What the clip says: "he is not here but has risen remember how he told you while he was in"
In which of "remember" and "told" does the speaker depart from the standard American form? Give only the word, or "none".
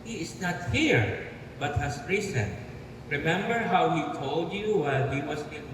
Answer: none